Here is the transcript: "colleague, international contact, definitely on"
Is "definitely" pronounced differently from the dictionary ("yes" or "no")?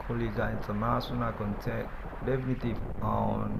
yes